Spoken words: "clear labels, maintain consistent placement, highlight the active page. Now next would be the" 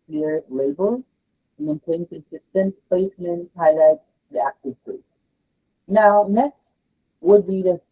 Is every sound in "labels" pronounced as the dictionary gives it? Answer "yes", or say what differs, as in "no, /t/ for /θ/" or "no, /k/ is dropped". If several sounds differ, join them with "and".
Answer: no, /z/ is dropped